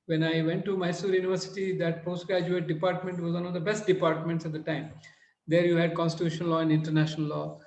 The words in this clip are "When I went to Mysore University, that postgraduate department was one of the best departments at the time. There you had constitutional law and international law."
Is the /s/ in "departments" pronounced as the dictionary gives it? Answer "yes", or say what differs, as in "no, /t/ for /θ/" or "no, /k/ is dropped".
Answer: yes